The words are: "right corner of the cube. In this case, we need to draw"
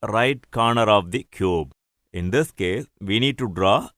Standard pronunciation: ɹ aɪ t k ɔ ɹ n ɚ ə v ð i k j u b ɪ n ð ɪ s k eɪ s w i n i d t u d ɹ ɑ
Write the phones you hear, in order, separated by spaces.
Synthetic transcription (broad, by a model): ɹ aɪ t k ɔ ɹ n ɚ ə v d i k j u b ɪ n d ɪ s k eɪ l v i n i d t u d ɹ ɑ